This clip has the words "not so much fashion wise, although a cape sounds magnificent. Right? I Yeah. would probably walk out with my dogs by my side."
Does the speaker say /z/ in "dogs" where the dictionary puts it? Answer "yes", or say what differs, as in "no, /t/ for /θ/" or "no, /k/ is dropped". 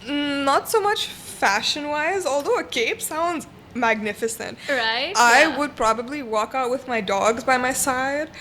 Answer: yes